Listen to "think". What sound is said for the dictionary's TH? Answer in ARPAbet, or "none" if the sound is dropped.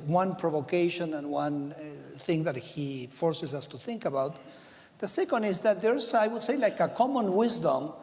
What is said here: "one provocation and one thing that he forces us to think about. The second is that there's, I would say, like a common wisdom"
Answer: TH